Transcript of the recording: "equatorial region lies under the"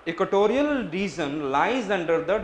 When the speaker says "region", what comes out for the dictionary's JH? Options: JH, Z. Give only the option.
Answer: Z